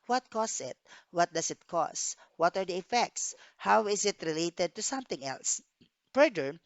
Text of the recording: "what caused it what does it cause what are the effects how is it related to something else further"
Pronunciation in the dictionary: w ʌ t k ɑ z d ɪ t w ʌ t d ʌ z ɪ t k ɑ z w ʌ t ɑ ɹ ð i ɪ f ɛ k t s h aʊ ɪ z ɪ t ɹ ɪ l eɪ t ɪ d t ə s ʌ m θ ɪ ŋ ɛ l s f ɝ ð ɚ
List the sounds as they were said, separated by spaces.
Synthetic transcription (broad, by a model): w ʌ t k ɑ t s ɪ t w ʌ t d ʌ s ɪ t k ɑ s w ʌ t ɑ ɹ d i ɪ f ɛ k t s h aʊ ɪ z ɪ t ɹ ɪ l eɪ t ɪ d t ə s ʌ m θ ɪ ŋ ɛ l s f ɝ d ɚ